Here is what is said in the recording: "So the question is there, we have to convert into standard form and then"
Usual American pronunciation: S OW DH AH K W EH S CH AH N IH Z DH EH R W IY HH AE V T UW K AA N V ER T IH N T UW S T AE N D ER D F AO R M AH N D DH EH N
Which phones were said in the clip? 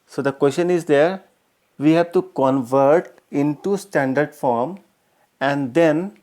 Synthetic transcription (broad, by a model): S OW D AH K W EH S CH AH N IH Z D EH R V IY HH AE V T UW K AA N V ER T IH N T UW S T AE N D ER D F AO R M AH N D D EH N